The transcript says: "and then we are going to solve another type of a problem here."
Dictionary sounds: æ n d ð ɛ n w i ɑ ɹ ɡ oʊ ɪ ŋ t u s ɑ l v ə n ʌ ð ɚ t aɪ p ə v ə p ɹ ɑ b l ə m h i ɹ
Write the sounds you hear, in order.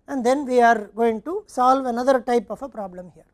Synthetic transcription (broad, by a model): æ n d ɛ n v i ɑ ɹ ɡ oʊ ɪ ŋ t u s ɑ l v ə n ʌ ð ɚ t aɪ p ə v ə p ɹ ɑ b l ə m h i ɹ